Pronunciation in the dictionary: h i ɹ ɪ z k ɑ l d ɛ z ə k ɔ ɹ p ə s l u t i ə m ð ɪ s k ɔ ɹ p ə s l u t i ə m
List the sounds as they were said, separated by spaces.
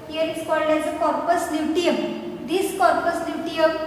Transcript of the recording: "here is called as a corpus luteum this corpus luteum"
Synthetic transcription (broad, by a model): h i ɹ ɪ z k ɑ l d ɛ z ə k ɔ ɹ p ə s n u t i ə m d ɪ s k ɔ ɹ p ə s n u t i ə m